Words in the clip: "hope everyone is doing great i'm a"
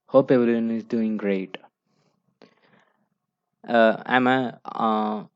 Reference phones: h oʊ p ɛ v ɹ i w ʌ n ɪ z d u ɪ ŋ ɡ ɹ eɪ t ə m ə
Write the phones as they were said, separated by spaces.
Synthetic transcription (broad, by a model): h oʊ p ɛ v l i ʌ n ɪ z d u ɪ ŋ ɡ ɹ eɪ t ə m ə